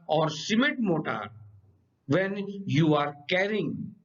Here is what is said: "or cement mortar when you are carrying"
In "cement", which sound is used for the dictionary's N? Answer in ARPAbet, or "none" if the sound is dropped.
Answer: none